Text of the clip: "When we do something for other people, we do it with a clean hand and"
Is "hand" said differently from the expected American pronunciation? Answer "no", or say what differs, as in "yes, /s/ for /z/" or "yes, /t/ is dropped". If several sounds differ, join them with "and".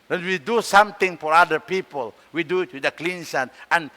yes, /d/ is dropped